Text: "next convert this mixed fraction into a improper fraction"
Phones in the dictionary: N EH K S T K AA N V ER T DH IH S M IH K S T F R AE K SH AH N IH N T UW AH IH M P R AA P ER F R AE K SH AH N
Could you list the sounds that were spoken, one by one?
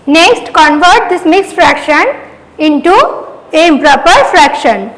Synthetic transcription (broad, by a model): N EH K S T K AA N V ER T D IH S M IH K S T F R AE K SH AH N IH N T UW AH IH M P R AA P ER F R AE K SH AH N